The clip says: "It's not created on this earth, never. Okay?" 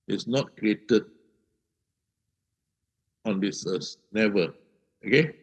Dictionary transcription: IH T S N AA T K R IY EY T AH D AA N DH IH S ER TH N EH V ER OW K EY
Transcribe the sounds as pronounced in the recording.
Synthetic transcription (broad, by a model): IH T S N AA T K R IY EY T AH D AA N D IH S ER S N EH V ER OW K EY